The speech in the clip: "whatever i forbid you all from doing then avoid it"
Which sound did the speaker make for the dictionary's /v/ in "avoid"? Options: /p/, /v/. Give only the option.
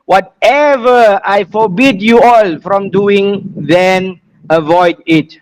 /v/